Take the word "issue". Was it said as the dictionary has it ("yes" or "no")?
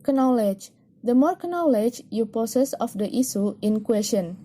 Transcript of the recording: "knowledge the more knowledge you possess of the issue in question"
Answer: no